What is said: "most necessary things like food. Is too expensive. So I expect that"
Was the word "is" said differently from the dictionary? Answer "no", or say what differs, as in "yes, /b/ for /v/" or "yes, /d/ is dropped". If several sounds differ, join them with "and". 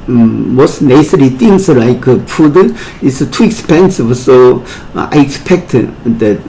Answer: yes, /s/ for /z/